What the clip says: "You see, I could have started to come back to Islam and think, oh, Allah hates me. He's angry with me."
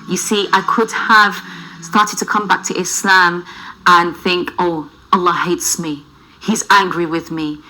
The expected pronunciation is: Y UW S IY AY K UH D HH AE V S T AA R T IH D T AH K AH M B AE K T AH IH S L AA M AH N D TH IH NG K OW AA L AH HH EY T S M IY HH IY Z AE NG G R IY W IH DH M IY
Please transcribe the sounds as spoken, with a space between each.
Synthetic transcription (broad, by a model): Y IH S IY AY K UH D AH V S T AA R T IH D T AH K AH M B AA K T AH IH S L AA M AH N TH IH NG K OW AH L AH HH EY T S M IY HH IY Z AE NG G R IY W IH DH M IY